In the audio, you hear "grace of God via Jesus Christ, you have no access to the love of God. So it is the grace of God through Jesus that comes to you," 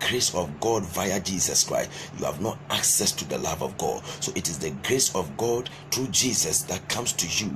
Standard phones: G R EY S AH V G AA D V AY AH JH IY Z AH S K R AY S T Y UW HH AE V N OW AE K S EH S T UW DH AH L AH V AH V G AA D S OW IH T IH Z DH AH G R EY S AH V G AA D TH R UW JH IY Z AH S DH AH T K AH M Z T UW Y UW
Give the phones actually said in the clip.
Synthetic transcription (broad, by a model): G R EY S AH V G AA D V AY AH JH IY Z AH S K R AY S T Y UW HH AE V N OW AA K S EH S T UW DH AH L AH V AH V G AA D S OW IH T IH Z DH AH G R EY S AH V G AA D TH R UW JH IY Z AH S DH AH T K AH M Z T UW Y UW